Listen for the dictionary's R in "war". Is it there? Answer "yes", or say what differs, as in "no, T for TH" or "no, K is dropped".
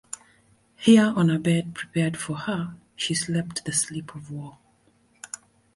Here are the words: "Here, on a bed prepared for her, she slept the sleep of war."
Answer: no, L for R